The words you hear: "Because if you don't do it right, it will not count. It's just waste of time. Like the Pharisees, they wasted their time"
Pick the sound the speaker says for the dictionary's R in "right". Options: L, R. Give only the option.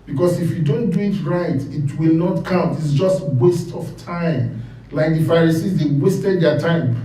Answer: R